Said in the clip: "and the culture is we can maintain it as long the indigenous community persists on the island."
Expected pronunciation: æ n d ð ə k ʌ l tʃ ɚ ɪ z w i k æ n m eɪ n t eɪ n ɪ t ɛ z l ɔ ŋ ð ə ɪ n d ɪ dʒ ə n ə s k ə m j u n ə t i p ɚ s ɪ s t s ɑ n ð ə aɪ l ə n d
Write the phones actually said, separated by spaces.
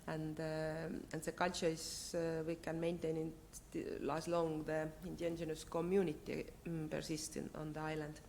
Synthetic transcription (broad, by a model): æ n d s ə k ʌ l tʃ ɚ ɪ s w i k æ n m eɪ n t eɪ n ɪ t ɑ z l ɔ ŋ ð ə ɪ n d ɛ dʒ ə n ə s k ə m j u n ə t i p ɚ s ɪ s t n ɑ n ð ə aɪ l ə n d